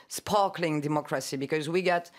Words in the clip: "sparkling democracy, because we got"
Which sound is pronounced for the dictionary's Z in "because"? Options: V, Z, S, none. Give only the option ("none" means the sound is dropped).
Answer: Z